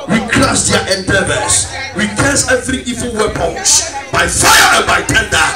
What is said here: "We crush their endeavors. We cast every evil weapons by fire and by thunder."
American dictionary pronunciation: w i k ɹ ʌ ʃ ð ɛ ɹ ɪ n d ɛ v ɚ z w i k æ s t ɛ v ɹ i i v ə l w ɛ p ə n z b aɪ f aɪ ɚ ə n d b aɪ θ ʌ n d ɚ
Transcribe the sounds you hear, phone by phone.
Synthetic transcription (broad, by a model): w i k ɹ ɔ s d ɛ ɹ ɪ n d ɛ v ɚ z w i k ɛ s ɛ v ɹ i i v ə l w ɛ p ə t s b aɪ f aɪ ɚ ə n b aɪ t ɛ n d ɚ